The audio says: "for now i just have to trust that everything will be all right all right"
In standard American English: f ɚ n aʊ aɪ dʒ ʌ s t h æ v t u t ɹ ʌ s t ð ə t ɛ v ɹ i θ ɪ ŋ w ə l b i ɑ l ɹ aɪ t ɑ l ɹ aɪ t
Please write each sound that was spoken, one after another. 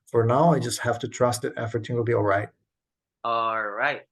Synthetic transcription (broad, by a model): f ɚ n aʊ aɪ dʒ ʌ s t h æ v t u t ɹ ʌ s t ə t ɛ f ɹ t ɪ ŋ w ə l b i ɑ l ɹ aɪ t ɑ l ɹ aɪ t